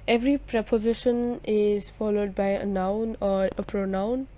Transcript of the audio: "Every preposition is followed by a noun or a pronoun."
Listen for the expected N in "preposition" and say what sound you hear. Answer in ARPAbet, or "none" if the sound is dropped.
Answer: N